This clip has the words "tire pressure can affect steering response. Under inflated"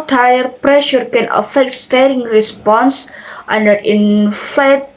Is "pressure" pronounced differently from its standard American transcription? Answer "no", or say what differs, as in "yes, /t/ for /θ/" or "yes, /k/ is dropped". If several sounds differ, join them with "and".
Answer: no